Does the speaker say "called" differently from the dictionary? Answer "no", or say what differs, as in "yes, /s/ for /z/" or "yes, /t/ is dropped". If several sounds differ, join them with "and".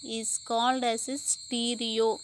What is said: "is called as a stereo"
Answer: no